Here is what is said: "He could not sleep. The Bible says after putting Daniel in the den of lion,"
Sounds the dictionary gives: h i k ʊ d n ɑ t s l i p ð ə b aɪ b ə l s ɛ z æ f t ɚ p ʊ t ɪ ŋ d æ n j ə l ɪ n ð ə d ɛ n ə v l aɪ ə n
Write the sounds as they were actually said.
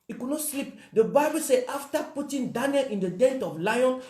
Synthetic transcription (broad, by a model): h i k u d n ɑ t s l i p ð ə b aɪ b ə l s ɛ ɑ f t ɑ p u t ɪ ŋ d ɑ n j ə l ɪ n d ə d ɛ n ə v l aɪ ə n